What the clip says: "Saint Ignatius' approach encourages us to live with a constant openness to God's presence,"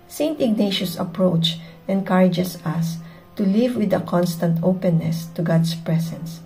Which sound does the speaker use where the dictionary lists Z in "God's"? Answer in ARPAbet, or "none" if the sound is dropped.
S